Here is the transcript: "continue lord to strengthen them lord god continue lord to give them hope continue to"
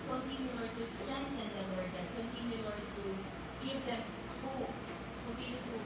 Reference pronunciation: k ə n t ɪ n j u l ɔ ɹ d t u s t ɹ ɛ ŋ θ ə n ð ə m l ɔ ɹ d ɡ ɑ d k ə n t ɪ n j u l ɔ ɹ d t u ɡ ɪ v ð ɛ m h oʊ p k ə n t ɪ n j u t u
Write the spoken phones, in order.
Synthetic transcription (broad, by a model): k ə n t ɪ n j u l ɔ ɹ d t u s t ɛ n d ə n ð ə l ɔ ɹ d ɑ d k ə n t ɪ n j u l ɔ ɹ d t u ɡ ɪ v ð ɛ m h oʊ p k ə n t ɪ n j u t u